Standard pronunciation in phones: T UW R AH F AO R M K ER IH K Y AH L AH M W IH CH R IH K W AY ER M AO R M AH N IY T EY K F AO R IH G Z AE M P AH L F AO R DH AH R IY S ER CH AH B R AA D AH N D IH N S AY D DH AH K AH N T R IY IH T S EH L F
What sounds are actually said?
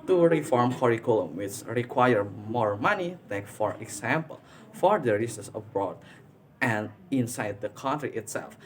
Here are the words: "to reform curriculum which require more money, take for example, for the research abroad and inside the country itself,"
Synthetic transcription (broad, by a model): T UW R AH F AO R M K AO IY K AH L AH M W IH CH R IH K W AY ER M AO R M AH N IY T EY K F AO R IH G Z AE M P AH L F AO R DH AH R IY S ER S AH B R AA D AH N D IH N S AY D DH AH K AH N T R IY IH T S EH L F